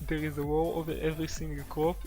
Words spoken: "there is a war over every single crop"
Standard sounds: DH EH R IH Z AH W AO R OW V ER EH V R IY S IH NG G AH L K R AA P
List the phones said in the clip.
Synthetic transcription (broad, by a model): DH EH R IH Z AH W AO R OW V ER EH V R IY S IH NG G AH L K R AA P